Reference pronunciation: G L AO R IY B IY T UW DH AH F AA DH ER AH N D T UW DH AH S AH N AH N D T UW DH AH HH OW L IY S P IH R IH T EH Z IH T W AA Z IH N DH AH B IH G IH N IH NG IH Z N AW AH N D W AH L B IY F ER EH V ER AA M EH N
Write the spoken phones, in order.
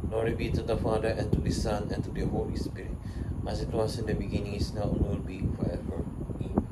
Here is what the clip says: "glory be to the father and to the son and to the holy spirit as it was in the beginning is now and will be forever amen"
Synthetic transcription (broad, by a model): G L AO R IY B IY T UW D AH F AA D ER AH N T UW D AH S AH N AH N T UW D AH HH OW L IY S P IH R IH T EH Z IH T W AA S IH N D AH B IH G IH N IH NG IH S N AW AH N W AH L B IY F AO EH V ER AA